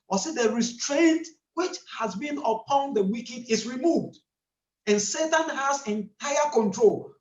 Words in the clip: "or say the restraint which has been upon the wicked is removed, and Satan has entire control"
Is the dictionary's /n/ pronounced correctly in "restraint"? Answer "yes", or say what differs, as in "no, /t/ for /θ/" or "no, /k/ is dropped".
yes